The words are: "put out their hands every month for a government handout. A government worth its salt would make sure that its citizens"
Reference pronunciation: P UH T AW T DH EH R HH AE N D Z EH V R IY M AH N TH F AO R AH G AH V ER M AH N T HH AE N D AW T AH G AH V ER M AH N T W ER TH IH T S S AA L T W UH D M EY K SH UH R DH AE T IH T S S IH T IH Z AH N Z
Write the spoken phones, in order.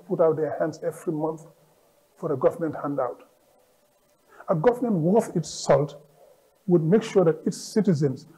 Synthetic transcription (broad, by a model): P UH T AW T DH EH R HH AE N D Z EH V R IY M AH N TH F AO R AH G AH V ER M AH N T HH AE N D AW T AH G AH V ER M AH N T W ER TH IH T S S AA L T W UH D M EY K SH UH R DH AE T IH T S S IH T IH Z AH N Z